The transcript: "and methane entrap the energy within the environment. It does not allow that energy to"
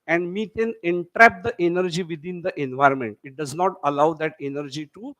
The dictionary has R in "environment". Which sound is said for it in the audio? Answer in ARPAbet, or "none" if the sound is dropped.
R